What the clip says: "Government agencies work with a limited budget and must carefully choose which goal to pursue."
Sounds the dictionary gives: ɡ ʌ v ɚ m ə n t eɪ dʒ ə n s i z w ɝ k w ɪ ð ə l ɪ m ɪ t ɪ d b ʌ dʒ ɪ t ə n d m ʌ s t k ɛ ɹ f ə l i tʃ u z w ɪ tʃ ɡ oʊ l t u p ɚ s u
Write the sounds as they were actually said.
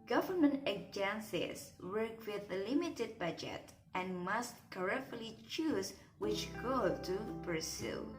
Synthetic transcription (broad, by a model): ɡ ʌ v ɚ m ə n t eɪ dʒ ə n s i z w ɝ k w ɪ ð ə l ɪ m ɪ t ɪ d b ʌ dʒ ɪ t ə n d m ʌ s t k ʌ ɹ ə l i tʃ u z w ɪ tʃ ɡ oʊ l t u p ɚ s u